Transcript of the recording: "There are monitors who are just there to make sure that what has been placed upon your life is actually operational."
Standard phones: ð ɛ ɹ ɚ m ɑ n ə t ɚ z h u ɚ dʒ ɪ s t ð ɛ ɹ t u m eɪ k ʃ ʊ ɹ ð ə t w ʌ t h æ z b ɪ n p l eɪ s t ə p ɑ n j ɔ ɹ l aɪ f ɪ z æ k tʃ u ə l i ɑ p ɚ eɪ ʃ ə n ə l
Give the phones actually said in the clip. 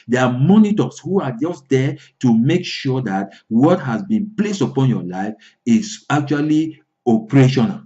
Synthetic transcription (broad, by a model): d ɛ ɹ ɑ m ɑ n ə t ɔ s h u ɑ dʒ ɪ s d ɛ t u m eɪ k ʃ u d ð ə t w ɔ t h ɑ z b ɪ n p l eɪ s t ə p ɑ n j ɔ l aɪ f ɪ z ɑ k tʃ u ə l i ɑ p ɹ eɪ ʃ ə n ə l